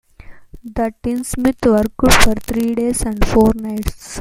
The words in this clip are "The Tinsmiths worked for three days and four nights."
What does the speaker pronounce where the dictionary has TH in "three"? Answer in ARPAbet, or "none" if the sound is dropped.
T